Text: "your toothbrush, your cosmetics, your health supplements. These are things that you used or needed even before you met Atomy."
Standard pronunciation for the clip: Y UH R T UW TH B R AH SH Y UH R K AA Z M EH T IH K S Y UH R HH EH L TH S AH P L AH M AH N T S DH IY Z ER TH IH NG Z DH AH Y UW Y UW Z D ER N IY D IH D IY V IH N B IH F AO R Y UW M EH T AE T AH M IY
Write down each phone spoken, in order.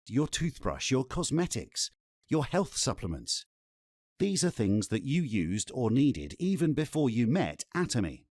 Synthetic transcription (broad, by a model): Y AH R T UW TH B R AH SH Y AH R K AA Z M EH T IH K S Y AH R HH EH L TH S AH P L AH M AH N T S DH IY Z ER TH IH NG Z DH AH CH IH Y UW Z D ER N IY D IH D IY V IH N B IH F AO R Y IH M EH T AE T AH M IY